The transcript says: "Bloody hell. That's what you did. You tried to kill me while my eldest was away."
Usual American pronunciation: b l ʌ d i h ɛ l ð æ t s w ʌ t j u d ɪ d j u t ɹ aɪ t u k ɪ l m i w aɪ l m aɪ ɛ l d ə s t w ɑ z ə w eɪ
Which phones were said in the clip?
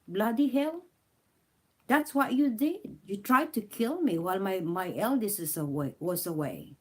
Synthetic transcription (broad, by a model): b l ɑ d i h ɛ l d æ t s w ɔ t j u d ɪ d j u t ɹ aɪ t u k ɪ l m i w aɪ l m aɪ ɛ l d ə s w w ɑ s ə w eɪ